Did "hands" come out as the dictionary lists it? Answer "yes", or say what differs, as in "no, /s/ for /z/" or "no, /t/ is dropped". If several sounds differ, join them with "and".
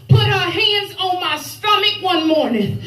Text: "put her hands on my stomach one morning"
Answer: yes